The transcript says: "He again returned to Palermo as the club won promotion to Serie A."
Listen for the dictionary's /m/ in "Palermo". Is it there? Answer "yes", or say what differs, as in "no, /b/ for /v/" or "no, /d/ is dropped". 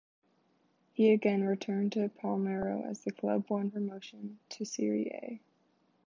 no, /m/ is dropped